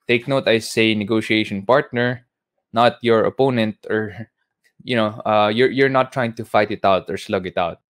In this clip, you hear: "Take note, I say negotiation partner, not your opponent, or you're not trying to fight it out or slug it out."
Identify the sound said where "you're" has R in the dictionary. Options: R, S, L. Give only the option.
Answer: R